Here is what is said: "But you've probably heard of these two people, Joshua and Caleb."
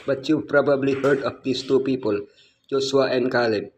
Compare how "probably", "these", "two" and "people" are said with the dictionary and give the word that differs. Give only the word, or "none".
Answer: these